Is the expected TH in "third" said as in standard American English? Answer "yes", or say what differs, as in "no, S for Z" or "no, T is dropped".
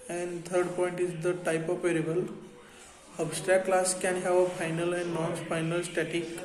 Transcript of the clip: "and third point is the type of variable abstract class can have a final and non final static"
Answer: no, T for TH